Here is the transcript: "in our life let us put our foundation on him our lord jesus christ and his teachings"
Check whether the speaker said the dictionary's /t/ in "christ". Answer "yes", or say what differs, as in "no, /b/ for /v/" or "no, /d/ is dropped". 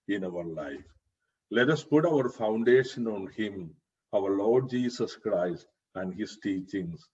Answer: yes